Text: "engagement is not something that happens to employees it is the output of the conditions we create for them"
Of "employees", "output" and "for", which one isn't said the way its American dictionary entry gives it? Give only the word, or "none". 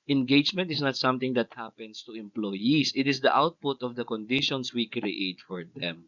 employees